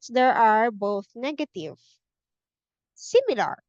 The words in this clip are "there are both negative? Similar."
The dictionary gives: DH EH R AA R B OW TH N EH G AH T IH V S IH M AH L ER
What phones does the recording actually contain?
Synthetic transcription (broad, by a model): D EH R AA R B OW TH N EH G AH T IH V S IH M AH L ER